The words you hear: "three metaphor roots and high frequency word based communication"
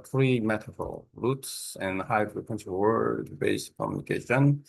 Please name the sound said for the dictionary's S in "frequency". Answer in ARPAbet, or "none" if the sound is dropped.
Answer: SH